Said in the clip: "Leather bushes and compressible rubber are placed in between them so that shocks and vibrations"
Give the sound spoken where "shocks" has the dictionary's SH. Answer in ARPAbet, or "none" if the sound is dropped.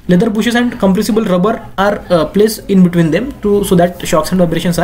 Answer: SH